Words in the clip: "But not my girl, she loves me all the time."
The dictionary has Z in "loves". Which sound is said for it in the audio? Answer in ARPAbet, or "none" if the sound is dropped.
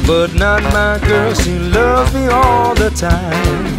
none